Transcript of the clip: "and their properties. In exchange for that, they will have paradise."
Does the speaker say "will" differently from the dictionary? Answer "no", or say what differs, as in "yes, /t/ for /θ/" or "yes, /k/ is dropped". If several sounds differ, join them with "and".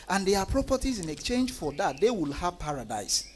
no